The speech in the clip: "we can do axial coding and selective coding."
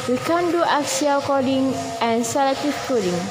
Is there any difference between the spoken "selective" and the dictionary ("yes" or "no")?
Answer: yes